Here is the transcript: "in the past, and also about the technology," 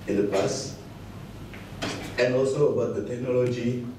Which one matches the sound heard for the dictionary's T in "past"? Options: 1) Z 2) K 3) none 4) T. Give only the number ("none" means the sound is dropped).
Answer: 3